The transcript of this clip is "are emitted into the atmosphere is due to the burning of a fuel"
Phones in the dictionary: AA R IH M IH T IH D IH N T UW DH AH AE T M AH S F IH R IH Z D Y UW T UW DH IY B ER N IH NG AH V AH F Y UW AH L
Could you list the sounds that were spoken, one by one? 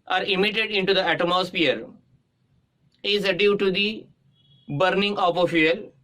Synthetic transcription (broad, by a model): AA R IH M IH T IH D IH N T UW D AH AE T M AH S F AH R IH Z D Y UW T UW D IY B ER N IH NG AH P AH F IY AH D